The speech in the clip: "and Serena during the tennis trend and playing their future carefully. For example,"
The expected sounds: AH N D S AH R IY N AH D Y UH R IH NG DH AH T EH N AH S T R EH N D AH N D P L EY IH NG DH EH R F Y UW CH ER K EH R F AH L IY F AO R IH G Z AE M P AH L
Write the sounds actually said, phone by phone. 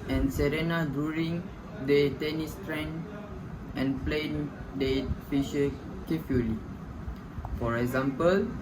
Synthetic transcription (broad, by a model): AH N S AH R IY N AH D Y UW R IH NG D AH T EH N AH S T R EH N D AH N P L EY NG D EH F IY SH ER K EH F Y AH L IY F AO R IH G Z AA M P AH L